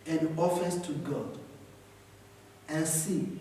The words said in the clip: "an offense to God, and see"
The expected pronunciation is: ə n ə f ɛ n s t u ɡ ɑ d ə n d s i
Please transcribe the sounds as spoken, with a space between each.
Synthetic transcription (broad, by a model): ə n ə f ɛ s t u ɡ ɑ d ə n s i